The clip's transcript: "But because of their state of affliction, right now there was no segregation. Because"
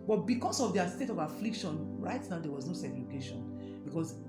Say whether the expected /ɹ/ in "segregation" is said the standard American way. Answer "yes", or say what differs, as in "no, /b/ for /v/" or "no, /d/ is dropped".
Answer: no, /l/ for /ɹ/